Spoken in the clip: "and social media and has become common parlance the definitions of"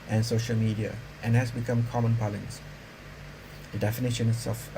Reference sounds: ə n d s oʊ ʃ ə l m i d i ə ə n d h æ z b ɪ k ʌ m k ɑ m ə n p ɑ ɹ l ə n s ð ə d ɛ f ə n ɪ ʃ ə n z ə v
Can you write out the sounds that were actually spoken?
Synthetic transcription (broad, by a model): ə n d s oʊ ʃ ə l m i d i ə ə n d h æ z b ɪ k ʌ m k ɑ m ə n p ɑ l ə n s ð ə d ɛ f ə n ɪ ʃ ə n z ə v